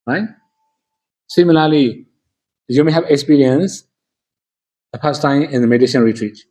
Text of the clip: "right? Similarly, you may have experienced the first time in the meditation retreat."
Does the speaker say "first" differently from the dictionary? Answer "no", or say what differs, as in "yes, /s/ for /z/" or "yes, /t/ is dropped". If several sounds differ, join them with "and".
yes, /p/ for /f/